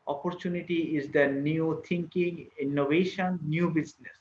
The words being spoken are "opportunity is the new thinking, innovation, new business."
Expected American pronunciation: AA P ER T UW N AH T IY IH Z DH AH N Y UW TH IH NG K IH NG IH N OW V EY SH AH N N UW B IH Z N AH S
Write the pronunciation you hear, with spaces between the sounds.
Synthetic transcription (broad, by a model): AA P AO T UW N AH T IY IH Z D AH N Y UW T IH NG K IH NG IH N OW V EY SH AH N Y UW B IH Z N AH S